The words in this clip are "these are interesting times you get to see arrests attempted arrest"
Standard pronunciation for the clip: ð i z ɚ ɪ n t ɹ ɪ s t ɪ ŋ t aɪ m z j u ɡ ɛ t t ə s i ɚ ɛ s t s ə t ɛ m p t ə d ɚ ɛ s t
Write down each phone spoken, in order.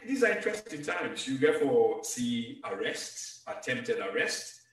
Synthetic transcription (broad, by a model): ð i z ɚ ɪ n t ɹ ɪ s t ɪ t aɪ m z j u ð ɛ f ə s i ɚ ɛ s t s ə t ɛ m p t ə d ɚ ɛ s t